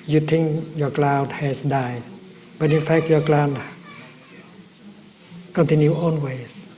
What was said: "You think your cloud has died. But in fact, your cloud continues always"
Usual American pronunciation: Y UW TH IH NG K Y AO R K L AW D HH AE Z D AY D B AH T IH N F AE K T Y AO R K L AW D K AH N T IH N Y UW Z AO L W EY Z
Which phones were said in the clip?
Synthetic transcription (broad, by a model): Y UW T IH NG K Y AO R K L AW D HH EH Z D AY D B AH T IH N F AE K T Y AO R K L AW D K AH N T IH N Y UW AO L W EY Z